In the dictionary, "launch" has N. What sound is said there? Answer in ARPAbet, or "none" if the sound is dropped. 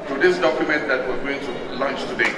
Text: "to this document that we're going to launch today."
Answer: N